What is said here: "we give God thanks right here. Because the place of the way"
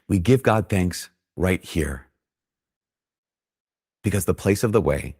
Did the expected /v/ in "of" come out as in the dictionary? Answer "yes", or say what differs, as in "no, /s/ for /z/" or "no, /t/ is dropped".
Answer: yes